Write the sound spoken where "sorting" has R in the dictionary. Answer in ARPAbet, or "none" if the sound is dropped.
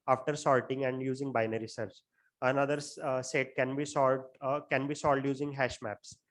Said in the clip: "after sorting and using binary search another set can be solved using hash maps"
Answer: L